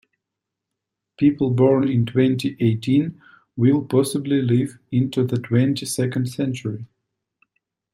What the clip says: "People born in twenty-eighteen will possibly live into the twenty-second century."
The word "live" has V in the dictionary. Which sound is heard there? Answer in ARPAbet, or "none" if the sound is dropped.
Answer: V